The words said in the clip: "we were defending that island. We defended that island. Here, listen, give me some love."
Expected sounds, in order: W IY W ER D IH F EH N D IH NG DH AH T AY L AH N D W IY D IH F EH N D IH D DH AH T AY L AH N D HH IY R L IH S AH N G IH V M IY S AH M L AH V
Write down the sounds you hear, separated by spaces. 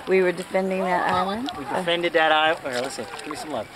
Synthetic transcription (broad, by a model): W IY W ER D IH F EH N D IH NG DH AH T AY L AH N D W IY D IH F EH N D IH D DH AH T AY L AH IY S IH AH G IH V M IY S AH M L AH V